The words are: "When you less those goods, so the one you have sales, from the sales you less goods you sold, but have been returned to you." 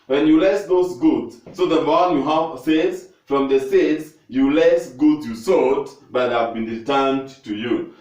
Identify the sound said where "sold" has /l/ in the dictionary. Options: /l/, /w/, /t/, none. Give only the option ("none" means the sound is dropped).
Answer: none